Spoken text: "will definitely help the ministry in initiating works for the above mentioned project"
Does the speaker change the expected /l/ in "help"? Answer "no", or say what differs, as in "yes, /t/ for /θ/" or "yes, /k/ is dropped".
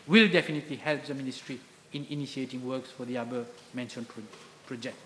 no